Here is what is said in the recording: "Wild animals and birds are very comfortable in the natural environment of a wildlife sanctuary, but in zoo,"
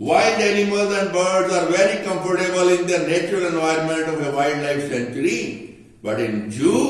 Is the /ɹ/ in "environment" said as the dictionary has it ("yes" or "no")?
yes